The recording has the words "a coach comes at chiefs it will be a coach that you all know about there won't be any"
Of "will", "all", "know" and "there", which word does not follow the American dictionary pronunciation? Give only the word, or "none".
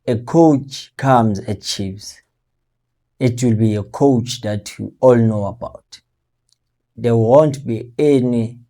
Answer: there